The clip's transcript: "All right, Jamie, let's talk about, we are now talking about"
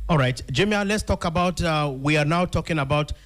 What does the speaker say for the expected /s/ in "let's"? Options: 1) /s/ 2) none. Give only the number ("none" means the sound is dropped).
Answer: 1